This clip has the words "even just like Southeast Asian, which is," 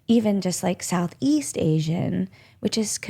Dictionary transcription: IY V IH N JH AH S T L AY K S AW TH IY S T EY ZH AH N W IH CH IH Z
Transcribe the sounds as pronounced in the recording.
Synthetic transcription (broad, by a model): IY V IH N JH AH S T L AY K S AW TH IY S T EY ZH AH N W IH CH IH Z